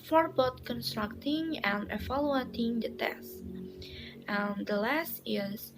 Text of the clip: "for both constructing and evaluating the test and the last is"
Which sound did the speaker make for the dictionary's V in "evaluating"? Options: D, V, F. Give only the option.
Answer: F